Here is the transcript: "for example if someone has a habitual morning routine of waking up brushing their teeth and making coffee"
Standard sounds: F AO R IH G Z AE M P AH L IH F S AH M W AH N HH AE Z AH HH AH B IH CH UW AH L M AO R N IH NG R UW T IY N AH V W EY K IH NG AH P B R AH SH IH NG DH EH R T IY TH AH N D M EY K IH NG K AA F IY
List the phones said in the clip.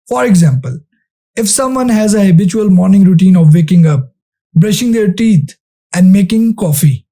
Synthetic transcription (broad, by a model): F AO R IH G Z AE M P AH L IH F S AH M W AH N HH AE Z AH HH AH B IH CH UW AH L M AO R N IH NG R UW T IY N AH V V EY K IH NG AH P B R AH SH IH NG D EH R T IY T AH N D M EY K IH NG K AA F IY